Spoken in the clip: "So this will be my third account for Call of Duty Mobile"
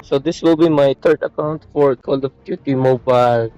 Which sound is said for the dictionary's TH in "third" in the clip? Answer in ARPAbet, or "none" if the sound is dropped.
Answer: T